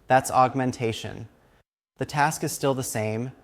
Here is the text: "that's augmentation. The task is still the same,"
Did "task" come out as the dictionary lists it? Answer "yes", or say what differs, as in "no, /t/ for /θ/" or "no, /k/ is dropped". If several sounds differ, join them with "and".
yes